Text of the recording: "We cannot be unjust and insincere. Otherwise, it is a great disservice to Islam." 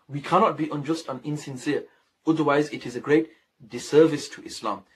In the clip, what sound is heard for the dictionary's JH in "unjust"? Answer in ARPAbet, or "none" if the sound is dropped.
JH